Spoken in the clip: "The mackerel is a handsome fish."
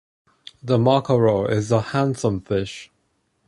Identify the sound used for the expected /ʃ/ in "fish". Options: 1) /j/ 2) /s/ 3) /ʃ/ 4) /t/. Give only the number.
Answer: 3